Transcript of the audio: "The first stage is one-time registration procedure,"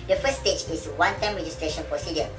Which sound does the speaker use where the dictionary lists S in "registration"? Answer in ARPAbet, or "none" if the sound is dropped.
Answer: S